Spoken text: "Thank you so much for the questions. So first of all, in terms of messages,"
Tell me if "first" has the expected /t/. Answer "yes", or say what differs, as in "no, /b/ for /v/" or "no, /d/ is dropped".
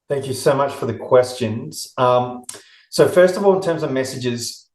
yes